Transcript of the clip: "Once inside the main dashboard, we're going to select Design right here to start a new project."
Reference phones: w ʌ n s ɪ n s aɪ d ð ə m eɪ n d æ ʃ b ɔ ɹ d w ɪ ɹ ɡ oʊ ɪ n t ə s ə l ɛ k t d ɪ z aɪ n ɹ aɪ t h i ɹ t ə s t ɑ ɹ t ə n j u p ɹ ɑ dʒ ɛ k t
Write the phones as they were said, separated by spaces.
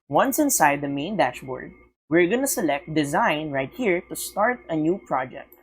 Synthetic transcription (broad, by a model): w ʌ n s ɪ n s aɪ d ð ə m eɪ n d æ ʃ b ɔ ɹ d w ɪ ɹ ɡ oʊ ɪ n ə s ə l ɛ k t d ɪ z aɪ n ɹ aɪ t h i ɹ t ə s t ɑ ɹ t ə n j u p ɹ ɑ dʒ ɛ k t